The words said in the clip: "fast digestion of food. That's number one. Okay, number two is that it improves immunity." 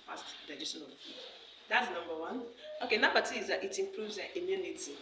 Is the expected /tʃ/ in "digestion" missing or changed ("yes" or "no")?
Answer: yes